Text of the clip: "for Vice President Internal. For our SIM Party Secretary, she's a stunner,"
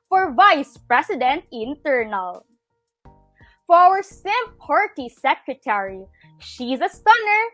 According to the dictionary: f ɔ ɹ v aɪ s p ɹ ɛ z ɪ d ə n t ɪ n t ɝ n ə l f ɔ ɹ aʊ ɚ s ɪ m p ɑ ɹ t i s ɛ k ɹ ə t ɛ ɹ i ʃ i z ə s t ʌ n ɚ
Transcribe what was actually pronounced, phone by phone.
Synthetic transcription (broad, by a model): f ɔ ɹ v aɪ s p ɹ ɛ s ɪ d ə n t ɪ n t ɝ n ə l f ɔ ɹ aʊ ɚ s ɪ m p ɑ ɹ t i s ɛ k ɹ ə t ɛ ɹ i ʃ i z ə s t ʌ n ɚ